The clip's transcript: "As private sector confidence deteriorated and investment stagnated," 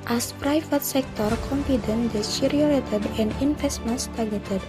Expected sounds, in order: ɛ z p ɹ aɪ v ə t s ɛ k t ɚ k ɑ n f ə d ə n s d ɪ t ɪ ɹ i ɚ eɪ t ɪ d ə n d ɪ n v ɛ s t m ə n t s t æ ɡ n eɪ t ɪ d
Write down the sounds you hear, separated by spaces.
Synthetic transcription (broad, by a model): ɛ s p ɹ aɪ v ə t s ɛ k t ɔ k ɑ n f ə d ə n d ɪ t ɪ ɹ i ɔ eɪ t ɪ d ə n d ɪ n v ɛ s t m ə n s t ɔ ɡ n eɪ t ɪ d